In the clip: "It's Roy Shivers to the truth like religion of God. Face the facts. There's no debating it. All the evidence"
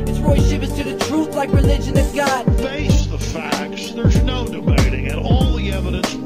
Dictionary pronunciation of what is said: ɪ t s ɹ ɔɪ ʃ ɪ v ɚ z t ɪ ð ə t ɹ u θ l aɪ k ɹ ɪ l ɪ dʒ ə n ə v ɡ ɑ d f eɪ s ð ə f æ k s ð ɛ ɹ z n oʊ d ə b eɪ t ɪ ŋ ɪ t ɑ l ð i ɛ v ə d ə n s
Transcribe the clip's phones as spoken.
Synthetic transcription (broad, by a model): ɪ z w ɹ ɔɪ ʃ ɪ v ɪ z t ɪ ð ə t ɹ u θ l aɪ k ɹ ɪ l ɪ dʒ ə n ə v ɡ ɑ d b eɪ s ð ə f æ k s ð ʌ ɹ z n oʊ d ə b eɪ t ɪ ŋ ɪ t ɑ l ð i ɛ v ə d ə n s